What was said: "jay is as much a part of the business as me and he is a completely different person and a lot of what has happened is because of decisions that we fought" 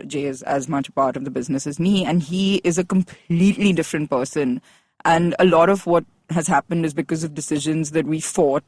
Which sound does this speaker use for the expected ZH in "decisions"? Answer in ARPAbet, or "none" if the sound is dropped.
ZH